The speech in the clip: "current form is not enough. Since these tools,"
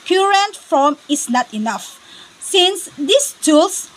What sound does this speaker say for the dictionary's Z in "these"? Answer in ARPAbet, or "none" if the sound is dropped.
S